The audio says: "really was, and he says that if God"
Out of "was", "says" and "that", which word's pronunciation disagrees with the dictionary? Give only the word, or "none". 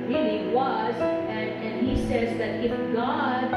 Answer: none